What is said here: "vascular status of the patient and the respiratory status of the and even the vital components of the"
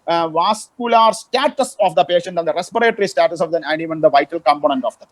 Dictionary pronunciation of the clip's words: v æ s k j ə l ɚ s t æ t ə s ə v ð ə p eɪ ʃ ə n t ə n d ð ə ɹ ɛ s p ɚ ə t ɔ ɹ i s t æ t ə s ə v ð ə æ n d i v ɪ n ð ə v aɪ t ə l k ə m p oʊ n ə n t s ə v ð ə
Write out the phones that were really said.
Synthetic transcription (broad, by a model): v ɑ s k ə l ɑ s t æ t ə s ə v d ə p eɪ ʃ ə n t ə n d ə ɹ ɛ s p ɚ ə t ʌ ɹ i s t æ t ə s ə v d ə æ n d i v ɪ n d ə v aɪ t ə l k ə m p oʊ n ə n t ə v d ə